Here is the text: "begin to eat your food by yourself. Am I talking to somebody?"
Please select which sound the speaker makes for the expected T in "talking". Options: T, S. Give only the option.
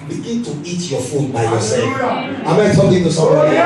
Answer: S